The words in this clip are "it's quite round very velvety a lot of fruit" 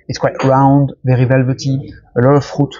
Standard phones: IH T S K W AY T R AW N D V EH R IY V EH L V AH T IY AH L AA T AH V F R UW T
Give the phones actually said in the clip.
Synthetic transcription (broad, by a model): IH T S K W AY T R AW N D V EH R IY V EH L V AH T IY AH L AA T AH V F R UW T